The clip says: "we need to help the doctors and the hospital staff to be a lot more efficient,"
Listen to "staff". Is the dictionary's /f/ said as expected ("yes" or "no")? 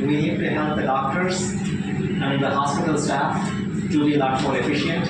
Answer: yes